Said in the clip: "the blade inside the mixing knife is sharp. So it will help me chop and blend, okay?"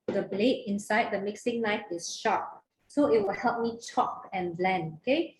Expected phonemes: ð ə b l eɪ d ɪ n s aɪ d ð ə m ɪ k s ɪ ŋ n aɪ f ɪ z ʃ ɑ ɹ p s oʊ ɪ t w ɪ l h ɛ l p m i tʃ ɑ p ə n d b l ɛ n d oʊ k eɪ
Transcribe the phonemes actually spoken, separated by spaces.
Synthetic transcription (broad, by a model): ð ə b l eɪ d ɪ n s aɪ d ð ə m ɪ k s ɪ ŋ n aɪ f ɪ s ʃ ɑ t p s oʊ ɪ t w ɪ l h ɛ l p m i tʃ ɑ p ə n b l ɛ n oʊ k eɪ